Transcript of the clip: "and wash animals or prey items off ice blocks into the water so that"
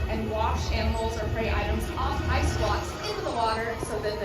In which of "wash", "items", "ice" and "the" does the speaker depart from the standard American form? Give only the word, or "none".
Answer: none